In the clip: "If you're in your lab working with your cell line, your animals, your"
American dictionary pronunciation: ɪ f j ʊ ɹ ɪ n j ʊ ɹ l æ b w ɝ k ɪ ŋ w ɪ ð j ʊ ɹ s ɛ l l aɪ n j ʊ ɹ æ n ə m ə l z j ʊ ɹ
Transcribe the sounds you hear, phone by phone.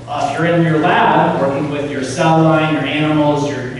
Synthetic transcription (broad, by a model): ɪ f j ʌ ɹ ɪ n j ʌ ɹ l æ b w ɝ k ɪ ŋ w ɪ ð j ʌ ɹ s ɛ l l aɪ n j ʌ ɹ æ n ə m l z j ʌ ɹ